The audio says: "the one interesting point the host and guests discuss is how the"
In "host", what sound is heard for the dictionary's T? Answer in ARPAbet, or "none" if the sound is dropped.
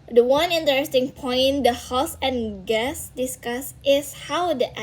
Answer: none